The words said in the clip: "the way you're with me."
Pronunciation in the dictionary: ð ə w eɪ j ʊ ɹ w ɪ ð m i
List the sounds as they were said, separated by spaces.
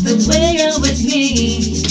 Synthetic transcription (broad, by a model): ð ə w eɪ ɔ l w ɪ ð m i